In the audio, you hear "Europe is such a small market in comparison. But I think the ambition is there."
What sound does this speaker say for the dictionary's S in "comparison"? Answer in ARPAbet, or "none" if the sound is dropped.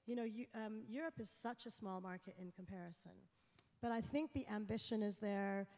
S